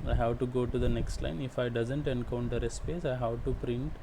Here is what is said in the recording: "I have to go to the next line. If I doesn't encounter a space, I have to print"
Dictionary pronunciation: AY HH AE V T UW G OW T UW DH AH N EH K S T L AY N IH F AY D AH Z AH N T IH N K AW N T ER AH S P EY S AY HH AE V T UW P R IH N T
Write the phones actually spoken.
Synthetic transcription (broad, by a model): AY HH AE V T UW G OW T UW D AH N EH K S T L AY N IH F AY D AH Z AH N T IH N K AW N T ER AH S P EY S AY HH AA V T UW P R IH N T